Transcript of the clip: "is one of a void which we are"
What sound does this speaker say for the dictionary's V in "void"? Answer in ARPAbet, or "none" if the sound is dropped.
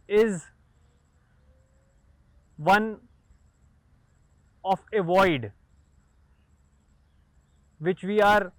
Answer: V